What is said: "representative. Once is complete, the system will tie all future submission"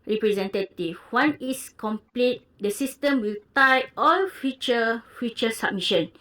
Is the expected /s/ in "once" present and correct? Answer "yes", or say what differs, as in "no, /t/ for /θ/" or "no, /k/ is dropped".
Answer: no, /s/ is dropped